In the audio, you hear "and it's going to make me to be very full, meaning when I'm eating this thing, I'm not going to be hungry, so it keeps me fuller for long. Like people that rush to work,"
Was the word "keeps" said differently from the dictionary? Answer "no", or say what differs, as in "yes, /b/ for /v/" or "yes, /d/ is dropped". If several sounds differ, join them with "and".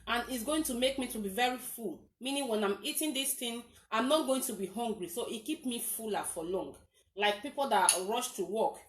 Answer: yes, /s/ is dropped